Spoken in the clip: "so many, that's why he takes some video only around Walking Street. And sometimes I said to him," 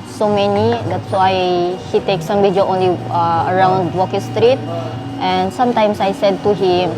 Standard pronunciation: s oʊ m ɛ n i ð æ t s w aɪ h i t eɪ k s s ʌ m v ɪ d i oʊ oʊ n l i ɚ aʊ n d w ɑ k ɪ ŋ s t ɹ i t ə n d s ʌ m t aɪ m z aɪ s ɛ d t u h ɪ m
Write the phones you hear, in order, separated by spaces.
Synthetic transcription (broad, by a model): s oʊ m ɛ n i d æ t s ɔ aɪ h i t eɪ k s s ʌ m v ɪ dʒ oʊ oʊ n l i ɚ aʊ n d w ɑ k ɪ s t ɹ i t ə n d s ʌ m t aɪ m s aɪ s ɛ d t u h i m